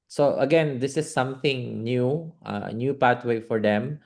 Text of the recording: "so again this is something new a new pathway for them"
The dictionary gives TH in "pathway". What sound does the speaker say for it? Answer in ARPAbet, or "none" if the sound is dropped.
T